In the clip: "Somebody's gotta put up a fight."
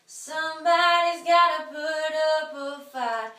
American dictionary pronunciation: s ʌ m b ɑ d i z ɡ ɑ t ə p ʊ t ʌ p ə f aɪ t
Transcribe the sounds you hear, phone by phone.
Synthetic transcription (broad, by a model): s ʌ m b ɑ d i z ɡ ɑ t ə p ʊ t ʌ p ə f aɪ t